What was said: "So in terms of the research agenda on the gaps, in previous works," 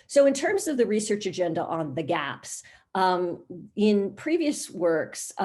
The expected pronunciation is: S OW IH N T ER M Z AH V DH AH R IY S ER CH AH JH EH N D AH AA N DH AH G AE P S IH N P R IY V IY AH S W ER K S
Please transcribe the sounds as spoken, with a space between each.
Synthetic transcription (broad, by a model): S OW IH N T ER M Z AH V DH AH R IY S ER CH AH JH EH N D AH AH N DH AH G AE P S IH N P R IY V IY AH S W ER K S